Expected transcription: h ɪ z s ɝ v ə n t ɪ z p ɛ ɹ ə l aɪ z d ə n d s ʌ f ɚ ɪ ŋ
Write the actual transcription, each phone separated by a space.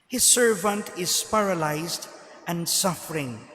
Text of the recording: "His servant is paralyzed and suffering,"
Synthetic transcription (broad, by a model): h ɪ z s ɝ v ə n t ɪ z p ɛ ɹ ə l aɪ z d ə n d s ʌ f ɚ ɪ ŋ